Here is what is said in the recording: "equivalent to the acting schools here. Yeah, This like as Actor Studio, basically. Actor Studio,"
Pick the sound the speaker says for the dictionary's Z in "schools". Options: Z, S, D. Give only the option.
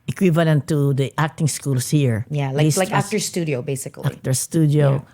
S